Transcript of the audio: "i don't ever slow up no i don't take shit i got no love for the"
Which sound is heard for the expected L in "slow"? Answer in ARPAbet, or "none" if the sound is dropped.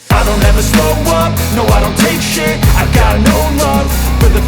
none